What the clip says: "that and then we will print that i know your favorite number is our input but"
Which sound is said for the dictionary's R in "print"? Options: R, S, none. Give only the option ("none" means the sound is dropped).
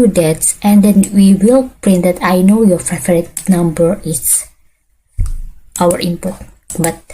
R